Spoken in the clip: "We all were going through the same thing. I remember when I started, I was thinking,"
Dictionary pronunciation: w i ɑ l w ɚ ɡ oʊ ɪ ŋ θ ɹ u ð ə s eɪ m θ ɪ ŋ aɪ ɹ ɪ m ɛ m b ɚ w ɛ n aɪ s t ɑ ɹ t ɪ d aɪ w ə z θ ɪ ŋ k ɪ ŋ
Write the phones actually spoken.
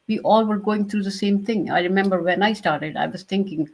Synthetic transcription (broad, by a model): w i ɑ l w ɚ ɡ oʊ ɪ ŋ t ɹ u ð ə s eɪ m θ ɪ ŋ aɪ ɹ ɪ m ɛ m b ɚ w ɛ n aɪ s t ɑ ɹ t ɪ d aɪ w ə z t ɪ ŋ k ɪ ŋ